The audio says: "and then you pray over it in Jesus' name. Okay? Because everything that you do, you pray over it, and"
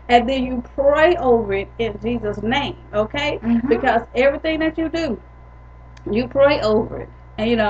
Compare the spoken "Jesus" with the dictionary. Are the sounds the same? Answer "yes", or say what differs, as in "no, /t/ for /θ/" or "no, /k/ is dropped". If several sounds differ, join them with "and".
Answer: yes